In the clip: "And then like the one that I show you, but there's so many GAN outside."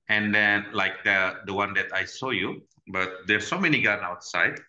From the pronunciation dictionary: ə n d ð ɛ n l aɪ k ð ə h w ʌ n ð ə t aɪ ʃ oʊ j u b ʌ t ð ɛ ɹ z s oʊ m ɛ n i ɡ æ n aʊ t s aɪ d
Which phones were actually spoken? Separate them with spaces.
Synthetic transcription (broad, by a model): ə n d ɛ n l aɪ k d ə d w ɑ n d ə t aɪ s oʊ j u b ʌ t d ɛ s oʊ m ɛ n i ɡ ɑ n aʊ t s aɪ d